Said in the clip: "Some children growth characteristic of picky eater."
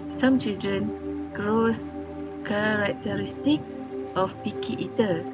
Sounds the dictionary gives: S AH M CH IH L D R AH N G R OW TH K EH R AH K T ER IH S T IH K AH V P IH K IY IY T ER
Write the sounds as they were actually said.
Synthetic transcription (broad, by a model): S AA M CH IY L D R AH N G R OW S K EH R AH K T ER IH S T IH K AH F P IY K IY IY T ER